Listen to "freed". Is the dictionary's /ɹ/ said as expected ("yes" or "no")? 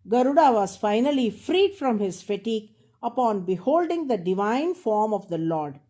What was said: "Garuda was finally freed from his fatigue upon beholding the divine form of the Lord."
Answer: yes